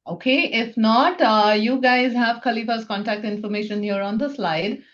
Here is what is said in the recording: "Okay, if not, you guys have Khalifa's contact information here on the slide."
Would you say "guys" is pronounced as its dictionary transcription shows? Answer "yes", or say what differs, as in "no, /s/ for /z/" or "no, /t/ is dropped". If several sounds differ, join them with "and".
yes